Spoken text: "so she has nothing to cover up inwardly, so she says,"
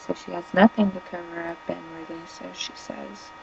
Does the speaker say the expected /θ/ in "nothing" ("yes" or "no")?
no